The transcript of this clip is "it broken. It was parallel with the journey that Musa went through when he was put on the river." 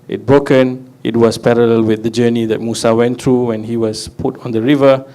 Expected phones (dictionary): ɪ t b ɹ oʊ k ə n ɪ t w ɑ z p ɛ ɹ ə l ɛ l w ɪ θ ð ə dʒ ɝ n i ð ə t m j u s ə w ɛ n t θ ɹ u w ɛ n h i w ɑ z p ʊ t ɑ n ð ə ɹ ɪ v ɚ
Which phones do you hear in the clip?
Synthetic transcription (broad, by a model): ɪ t b ɹ oʊ k ə n ɪ t w ɑ s p ɛ ɹ ə l ɛ l w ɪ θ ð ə dʒ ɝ n i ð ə t m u s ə w ɛ n t ɹ u w ɛ n h i w ɑ s p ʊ t ɑ n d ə ɹ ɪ v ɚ